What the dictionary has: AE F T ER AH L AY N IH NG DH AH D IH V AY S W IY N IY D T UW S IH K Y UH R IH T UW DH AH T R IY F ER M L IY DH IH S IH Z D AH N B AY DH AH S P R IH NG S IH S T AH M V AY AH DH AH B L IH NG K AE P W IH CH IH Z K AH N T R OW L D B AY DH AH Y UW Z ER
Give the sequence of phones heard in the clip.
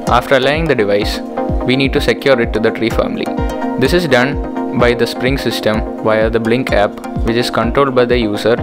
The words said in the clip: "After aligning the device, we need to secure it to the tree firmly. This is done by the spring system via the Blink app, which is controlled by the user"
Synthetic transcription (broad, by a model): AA F T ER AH L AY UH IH NG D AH D IH V AY S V IY N IY D T UW S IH K Y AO R IH T UW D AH T R IY F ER M L IY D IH S IH Z D AH N B AY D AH S P R IH NG S IH S T AH M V AY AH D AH B L IH NG K AE P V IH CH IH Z K AH N T R OW L D B AY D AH Y UW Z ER